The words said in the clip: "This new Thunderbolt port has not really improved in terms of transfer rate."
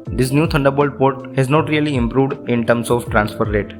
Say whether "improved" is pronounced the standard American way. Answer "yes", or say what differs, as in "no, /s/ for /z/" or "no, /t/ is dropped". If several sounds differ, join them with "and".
yes